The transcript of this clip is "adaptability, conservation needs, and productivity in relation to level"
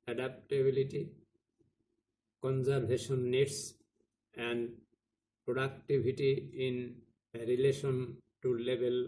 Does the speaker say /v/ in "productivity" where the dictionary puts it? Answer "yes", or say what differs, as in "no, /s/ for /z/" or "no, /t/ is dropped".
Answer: no, /b/ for /v/